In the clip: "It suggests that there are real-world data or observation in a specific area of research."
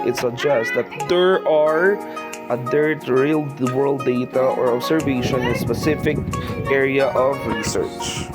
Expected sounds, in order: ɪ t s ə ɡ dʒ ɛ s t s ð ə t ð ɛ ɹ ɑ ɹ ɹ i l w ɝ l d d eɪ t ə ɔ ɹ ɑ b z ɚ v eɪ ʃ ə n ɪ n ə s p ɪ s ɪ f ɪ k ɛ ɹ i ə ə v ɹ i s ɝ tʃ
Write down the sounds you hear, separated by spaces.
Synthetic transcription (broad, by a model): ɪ t s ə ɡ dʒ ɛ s t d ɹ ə t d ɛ ɹ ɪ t ɹ i l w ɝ l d d eɪ t ə ɔ ɹ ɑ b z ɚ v eɪ ə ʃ ɪ n ə s p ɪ s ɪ f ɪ k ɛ ɹ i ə ə v ɹ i s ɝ tʃ